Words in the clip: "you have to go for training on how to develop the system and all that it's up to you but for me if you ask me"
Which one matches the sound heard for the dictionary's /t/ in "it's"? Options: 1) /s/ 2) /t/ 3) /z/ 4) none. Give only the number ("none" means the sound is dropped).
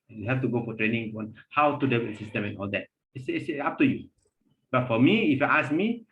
1